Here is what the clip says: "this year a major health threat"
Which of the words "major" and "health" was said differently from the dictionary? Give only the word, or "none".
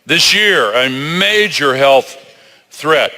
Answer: none